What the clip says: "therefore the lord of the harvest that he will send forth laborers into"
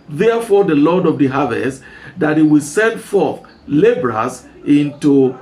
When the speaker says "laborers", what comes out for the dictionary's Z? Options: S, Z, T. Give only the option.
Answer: S